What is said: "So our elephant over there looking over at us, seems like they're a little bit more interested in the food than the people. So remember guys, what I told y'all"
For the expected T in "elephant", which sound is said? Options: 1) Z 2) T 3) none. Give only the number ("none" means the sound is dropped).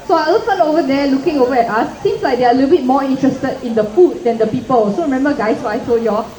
3